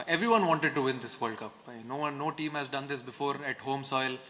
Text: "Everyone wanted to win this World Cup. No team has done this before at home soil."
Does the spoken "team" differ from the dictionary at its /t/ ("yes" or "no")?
no